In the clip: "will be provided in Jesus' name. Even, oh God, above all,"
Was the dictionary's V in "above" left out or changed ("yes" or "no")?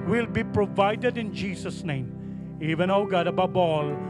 yes